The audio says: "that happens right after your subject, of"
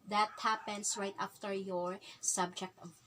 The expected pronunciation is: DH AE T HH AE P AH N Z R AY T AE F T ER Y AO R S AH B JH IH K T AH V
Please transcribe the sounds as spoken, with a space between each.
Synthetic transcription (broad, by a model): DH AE T HH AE P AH N S R AY T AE F T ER Y AO R S AH B JH IH K T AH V